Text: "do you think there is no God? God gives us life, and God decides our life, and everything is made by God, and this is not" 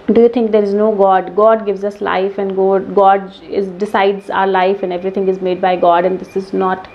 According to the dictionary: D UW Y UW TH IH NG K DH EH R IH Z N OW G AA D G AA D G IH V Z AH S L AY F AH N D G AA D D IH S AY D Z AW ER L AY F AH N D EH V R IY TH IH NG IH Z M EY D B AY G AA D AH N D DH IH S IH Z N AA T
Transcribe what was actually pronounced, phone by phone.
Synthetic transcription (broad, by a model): D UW Y UW T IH NG K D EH R IH Z N OW G AA D G AA D G IH V Z AH S L AY F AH N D G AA D D IH S AY D Z AW ER L AY F AH N D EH V R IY T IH NG IH Z M EY D B AY G AA D AH N D IH S IH Z N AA T